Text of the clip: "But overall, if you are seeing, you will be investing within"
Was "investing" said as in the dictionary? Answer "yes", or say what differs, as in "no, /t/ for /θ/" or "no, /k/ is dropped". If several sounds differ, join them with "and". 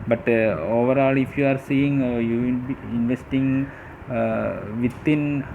yes